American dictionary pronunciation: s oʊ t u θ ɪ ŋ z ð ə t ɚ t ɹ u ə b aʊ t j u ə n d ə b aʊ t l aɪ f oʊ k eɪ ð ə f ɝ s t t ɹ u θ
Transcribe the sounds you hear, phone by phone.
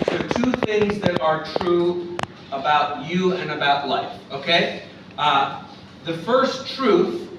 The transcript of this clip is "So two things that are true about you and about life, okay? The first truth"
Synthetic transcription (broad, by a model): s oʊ t u θ ɪ ŋ z ð ə t ɚ t ɹ u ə b aʊ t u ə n ə b aʊ t l aɪ f oʊ k eɪ ð ə f ɝ s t t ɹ u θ